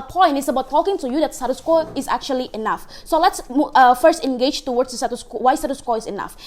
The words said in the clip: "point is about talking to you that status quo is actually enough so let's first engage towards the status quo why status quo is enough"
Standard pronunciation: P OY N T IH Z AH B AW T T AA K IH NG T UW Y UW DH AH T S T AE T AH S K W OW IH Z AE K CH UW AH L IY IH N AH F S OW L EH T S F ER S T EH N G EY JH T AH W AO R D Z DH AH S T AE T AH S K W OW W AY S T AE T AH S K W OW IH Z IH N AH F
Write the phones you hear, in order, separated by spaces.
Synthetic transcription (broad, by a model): P OY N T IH S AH B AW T T AA K IH NG T UW Y UW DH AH T S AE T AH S K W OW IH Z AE K CH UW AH L IY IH N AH F S OW L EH T S F ER S T EH N G EY JH T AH W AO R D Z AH S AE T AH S K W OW W AY S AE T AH S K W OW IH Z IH N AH F